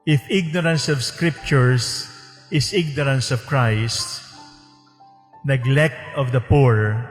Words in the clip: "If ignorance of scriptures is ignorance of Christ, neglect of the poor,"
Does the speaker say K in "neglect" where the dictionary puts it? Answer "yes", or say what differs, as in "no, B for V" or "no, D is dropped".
yes